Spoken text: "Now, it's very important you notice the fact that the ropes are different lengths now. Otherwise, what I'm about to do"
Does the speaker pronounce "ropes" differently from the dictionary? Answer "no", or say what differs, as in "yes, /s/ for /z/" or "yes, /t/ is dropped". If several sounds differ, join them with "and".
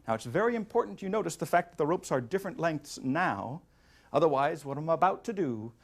no